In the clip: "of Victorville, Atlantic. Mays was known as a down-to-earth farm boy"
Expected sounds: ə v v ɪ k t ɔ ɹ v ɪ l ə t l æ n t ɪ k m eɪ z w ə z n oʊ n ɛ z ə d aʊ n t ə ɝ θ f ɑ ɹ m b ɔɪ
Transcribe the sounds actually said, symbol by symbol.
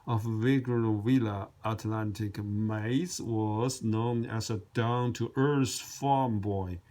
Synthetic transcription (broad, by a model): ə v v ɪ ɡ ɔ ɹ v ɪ l ə t l æ n t ɪ k m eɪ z w ə z n oʊ n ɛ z ə d aʊ n t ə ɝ s f ɑ ɹ m b ɔɪ